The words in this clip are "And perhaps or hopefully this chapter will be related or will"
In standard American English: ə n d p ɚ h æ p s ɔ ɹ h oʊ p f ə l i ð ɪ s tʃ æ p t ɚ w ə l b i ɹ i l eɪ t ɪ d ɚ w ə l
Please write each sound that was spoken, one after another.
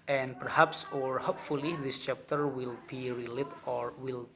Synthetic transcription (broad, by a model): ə n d p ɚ h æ p s ɔ ɹ h oʊ p f ə l i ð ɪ s tʃ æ p t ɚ w ə l b i ɹ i l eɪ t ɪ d w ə l